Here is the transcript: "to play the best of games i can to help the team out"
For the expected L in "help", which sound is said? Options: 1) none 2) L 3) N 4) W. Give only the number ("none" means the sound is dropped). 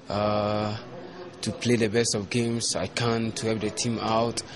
1